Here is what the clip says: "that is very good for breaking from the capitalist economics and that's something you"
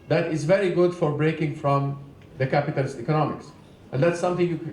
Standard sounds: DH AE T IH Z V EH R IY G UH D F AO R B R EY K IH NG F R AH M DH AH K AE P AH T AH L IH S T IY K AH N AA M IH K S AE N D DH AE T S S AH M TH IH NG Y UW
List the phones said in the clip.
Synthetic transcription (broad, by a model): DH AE T IH Z V EH R IY G UH D F AO R B R EY K IH NG F R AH M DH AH K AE P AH T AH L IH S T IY K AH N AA M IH K S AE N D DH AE T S S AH M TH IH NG Y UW